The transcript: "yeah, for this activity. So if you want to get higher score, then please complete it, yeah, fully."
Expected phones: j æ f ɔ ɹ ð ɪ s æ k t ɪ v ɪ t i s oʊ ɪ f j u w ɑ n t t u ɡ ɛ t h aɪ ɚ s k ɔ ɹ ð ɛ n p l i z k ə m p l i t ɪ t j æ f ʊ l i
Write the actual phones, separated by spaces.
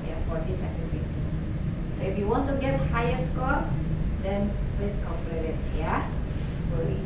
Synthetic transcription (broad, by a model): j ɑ f ɔ ɹ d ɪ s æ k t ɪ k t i s oʊ ɪ f j u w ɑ n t t u ɡ ɛ t h aɪ ɚ s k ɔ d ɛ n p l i s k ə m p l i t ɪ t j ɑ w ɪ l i